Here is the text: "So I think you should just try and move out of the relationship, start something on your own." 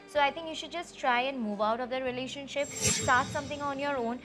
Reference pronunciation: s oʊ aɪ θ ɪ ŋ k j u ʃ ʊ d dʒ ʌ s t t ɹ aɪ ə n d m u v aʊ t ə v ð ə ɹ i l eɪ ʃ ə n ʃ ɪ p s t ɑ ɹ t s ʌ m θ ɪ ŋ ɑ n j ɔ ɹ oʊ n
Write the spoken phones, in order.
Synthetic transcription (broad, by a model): s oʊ aɪ t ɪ ŋ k j u ʃ ʊ d dʒ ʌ s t t ɹ aɪ ə n d m u v aʊ t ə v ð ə ɹ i l eɪ ʃ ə n ʃ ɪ p s t ɑ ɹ t s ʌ m t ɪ ŋ ɑ n j ɔ ɹ oʊ n